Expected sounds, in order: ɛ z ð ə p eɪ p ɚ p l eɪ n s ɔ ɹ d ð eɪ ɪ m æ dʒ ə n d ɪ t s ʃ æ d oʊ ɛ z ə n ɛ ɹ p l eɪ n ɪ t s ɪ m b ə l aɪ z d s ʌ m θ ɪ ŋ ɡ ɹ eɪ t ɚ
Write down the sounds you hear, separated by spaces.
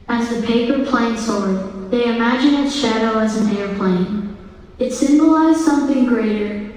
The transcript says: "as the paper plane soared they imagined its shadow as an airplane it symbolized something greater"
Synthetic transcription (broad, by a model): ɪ z ð ə p eɪ p ɚ p l eɪ n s ɔ ɹ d ð eɪ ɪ m æ dʒ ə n ɪ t ʃ æ d oʊ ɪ z ə n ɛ ɹ p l eɪ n ɪ t s ɪ m b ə l aɪ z s ʌ m θ ɪ ŋ ɡ ɹ eɪ t ɚ